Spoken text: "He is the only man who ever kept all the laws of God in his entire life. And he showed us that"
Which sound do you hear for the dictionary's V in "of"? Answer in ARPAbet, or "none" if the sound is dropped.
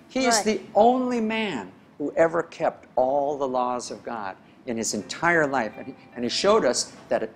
V